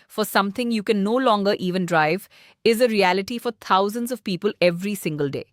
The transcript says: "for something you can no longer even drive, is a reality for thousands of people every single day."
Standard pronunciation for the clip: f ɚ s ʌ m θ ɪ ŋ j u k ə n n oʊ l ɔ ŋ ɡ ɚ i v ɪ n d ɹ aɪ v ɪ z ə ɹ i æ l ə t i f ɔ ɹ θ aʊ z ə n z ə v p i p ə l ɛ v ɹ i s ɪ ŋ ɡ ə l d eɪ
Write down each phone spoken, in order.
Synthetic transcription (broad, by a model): f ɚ s ʌ m t ɪ ŋ j u k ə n n oʊ l ɔ ŋ ɡ ɚ i v ɪ n d ɹ aɪ v ɪ z ə ɹ i æ l ə t i f ɔ ɹ t aʊ z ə n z ə v p i p ə l ɛ v ɹ i s ɪ ŋ ɡ ə l d eɪ